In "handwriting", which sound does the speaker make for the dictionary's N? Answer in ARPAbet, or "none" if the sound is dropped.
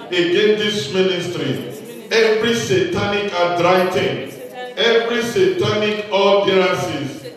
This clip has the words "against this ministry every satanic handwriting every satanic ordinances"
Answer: none